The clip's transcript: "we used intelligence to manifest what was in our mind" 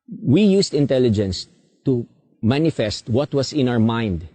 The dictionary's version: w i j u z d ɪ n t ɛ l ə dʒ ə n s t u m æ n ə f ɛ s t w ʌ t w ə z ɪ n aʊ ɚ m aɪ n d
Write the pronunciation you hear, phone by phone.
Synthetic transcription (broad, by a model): w i j u s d ɪ n t ɛ l ə dʒ ə n s t u m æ n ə f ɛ s t w ʌ t w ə s ɪ n aʊ ɚ m aɪ n d